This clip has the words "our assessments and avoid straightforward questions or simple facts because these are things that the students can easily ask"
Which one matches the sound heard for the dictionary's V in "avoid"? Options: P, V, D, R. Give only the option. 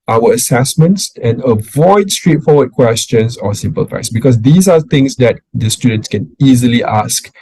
V